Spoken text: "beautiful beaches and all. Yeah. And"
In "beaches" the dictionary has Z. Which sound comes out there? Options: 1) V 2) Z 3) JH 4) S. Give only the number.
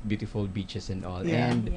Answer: 4